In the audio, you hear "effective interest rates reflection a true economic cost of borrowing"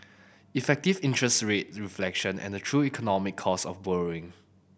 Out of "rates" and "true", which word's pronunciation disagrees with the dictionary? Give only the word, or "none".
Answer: rates